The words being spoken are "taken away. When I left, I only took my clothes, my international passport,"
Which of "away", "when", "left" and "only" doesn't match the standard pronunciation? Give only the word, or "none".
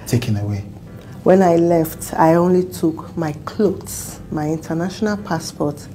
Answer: none